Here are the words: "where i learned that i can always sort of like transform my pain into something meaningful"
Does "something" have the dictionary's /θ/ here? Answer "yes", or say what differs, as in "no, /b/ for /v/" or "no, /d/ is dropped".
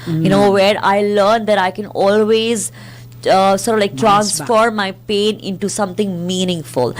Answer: no, /t/ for /θ/